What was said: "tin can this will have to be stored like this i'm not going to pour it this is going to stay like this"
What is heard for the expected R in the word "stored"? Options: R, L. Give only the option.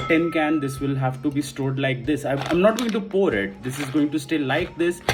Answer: R